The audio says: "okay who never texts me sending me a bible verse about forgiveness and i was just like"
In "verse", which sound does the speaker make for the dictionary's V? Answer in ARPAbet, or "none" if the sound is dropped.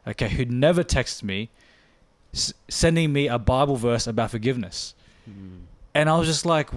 V